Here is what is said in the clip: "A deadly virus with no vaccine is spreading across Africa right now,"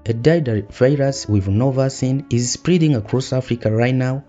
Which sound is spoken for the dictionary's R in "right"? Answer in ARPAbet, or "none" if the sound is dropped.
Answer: R